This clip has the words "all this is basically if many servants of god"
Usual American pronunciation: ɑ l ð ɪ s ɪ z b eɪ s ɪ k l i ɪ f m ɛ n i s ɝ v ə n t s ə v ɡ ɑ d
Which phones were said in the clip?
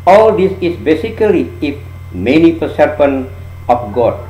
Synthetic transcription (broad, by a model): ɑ l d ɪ s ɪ s b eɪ s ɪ k l i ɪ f m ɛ n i s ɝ p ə n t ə f ɡ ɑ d